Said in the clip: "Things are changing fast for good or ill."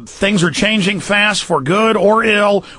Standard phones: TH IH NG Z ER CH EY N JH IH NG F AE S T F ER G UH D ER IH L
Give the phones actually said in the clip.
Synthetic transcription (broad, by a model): TH IH NG Z ER CH EY N JH IH NG F AE S T F ER G UH D ER IH L